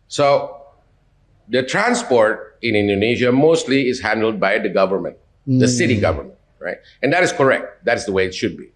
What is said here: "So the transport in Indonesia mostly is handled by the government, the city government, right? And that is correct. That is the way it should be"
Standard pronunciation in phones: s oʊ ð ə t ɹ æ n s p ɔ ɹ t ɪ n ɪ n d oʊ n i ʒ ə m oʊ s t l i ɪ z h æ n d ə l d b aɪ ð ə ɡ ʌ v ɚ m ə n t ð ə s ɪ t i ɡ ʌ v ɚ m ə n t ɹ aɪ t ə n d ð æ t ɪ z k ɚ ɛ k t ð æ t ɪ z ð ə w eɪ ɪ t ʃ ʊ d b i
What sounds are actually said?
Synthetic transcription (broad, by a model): s oʊ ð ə t ɹ æ n s p ɔ ɹ t ɪ n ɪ n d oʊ n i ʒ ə m oʊ s t l i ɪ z h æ n d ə l d b aɪ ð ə ɡ ʌ v ɚ m ə n t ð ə s ɪ t i ɡ ʌ v ɚ m ə n t ɹ aɪ t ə n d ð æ t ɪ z k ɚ ɛ k t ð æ t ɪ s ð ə w eɪ ɪ t ʃ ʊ d b i